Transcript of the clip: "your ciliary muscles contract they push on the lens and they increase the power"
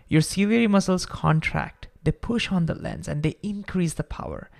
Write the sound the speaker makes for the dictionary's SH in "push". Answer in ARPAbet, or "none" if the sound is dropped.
SH